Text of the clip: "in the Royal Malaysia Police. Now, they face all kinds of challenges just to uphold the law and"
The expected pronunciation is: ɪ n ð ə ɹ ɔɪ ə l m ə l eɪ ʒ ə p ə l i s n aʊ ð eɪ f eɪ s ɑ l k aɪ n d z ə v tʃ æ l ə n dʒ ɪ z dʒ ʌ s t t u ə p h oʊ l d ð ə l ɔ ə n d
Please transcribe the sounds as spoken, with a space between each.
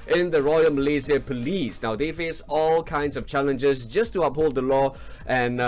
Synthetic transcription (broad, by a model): ɪ n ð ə ɹ ɔɪ ə l m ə l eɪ z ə p ə l i s n aʊ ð eɪ f eɪ s ɑ l k aɪ n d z ə v tʃ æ l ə n dʒ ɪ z dʒ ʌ s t t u ə p h oʊ l d ð ə l ɔ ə n